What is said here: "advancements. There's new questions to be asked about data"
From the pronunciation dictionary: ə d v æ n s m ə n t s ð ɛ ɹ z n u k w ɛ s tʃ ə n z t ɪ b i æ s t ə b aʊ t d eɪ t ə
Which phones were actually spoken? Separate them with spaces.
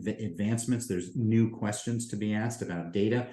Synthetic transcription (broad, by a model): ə d v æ n s m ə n t s ð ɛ ɹ z n u k w ɛ s tʃ ə n z t ɪ b i æ s t ə b aʊ t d eɪ t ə